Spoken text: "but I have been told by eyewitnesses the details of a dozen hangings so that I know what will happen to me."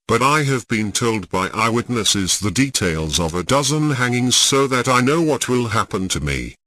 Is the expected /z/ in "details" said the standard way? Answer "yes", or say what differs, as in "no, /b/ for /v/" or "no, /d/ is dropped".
yes